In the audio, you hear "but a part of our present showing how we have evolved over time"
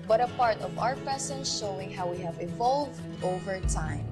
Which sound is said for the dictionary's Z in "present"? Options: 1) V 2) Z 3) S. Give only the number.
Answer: 3